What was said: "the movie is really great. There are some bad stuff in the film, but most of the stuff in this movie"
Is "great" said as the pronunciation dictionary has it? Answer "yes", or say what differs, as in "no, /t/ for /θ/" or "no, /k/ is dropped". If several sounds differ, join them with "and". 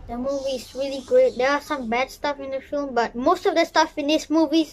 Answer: no, /ɹ/ is dropped